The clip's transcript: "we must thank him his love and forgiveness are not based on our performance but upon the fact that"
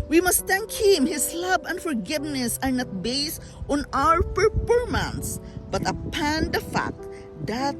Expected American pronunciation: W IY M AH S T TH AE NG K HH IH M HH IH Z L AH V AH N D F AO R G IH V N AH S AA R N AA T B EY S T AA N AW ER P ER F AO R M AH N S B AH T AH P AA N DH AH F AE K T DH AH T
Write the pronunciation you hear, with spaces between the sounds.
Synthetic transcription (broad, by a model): W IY M AH S T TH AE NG K HH IH M HH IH S L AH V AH N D F AO R G IH V N AH S AA R N AA T B EY S T AA N AW ER P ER P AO R M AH N S B AH T AH P AA N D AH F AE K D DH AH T